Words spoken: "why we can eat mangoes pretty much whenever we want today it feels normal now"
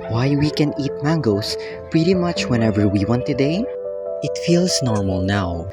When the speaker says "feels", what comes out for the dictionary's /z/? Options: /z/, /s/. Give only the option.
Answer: /s/